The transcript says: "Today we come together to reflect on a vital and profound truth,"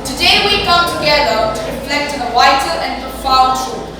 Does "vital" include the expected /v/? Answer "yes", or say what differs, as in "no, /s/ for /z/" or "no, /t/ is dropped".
no, /w/ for /v/